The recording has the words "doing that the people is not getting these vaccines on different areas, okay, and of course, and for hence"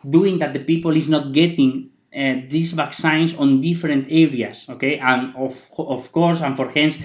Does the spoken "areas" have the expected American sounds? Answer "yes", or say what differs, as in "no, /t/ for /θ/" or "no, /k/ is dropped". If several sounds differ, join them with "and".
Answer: no, /s/ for /z/